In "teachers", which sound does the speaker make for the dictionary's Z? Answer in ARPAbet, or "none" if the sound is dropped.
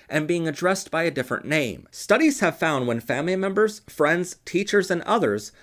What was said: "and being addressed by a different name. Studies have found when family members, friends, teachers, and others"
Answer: Z